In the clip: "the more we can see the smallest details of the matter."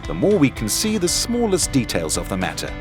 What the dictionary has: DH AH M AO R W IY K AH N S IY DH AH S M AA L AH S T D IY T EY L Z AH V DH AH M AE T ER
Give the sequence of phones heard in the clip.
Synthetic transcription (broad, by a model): DH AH M AO R W IY K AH N S IY DH AH S M AA L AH S D IY T EY L Z AH V DH AH M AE T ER